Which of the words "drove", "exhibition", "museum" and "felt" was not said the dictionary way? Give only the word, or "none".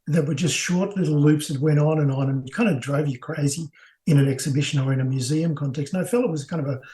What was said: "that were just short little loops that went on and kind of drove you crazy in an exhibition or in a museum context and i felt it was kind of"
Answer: felt